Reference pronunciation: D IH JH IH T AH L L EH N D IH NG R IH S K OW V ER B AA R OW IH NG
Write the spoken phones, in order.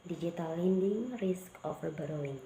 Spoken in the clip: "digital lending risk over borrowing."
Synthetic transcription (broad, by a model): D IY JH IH T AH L L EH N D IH NG R IH S K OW F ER B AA R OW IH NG